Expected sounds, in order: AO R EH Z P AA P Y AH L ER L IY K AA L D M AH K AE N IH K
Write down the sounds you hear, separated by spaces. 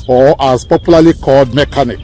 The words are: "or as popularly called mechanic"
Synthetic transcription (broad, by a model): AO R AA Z P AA P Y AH L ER L IY K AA D M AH K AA N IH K